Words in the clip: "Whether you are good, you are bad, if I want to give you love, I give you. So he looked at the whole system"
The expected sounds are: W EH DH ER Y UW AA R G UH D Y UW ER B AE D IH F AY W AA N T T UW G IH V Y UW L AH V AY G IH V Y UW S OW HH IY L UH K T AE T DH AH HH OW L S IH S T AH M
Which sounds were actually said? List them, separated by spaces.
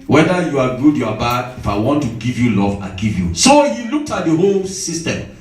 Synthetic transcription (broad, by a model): W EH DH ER Y UW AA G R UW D Y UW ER B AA IH F AY W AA N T T UW G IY V Y UW L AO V AY G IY V Y UW S OW HH IY L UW K T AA T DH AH HH OW L S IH S T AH M